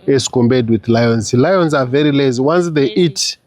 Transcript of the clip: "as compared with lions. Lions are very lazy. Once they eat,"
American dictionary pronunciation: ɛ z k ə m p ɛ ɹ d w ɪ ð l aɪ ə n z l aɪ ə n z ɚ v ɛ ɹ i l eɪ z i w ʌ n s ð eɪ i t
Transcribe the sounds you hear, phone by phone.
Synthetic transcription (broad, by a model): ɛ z k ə m b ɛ d w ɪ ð l aɪ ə n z l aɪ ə n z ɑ v ɛ ɹ i l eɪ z w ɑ n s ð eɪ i t